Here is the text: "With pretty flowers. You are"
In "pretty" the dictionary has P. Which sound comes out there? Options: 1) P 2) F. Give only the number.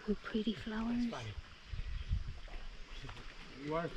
1